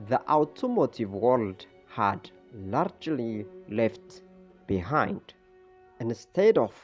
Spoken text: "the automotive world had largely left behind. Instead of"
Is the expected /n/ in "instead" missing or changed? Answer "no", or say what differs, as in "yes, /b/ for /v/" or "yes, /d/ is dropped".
no